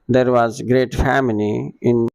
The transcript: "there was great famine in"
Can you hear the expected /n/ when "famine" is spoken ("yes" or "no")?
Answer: no